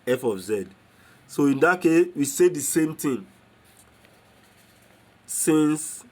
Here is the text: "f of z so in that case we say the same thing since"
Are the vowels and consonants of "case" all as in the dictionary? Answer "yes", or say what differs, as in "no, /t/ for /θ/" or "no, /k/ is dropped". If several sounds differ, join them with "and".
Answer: yes